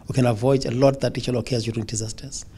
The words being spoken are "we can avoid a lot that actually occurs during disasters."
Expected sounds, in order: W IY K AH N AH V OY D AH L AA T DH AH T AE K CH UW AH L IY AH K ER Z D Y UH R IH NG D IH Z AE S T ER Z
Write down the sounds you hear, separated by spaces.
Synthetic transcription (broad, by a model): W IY K AH N AH V OY D AH L AA T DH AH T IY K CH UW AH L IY K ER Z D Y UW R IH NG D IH Z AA S T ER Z